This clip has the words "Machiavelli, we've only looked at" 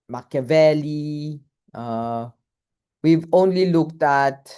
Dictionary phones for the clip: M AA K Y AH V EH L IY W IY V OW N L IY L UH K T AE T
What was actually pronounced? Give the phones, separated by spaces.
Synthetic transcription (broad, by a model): M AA K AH V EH L IY W IY V OW N L IY L UH K T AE T